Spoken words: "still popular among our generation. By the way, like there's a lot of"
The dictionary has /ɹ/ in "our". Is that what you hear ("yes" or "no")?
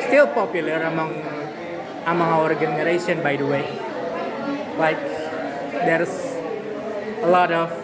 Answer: yes